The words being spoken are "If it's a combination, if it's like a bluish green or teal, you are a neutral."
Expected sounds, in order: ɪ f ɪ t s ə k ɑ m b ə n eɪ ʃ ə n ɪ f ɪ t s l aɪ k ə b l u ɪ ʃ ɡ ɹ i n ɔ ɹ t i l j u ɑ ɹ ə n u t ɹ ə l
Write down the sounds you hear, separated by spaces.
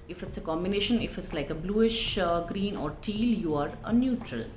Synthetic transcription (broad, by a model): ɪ f ɪ t s ə k ɑ m b ə n eɪ ʃ ə n ɪ f ɪ t s l aɪ k ə b l u ɪ ʃ ɡ ɹ i n ɔ ɹ t i l j u ɑ ɹ ə n u t ɹ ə l